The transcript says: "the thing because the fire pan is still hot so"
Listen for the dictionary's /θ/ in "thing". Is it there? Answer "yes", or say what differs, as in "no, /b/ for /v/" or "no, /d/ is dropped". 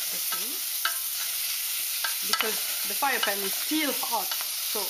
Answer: no, /s/ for /θ/